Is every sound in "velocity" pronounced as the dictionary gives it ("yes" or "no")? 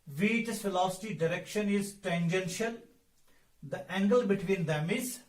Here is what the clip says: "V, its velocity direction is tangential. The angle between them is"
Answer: no